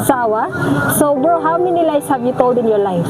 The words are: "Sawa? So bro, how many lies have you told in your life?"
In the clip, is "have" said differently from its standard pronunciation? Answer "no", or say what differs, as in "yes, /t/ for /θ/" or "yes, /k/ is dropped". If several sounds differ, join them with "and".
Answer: yes, /b/ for /v/